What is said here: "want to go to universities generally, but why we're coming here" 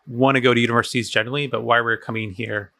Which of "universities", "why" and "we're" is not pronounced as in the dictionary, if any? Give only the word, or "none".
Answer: none